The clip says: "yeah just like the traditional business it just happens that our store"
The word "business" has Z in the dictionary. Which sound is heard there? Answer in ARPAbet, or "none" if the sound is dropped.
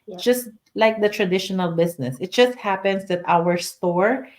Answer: S